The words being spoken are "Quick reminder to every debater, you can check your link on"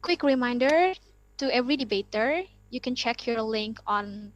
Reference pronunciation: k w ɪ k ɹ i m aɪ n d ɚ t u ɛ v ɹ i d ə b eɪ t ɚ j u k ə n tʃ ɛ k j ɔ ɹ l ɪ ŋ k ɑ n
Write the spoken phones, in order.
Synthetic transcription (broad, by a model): k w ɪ k ɹ i m aɪ n d ɚ t u ɛ v ɹ i d ə b eɪ t ɚ j u k ə n tʃ ɛ k j ɔ ɹ l ɪ ŋ k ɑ n